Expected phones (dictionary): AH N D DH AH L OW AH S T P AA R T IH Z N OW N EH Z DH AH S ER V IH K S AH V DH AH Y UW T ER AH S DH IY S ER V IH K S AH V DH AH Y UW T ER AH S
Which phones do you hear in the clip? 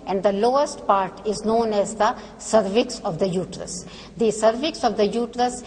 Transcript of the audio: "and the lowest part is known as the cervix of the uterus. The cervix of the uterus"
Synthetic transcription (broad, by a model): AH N D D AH L OW AH S T P AA R T IH Z N OW N EH Z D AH S ER V IH K S AH V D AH Y UW T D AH S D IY S ER V IH K S AH V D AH Y UW T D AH S